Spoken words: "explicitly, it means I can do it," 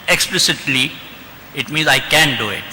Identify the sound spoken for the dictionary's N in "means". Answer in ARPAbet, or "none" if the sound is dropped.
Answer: N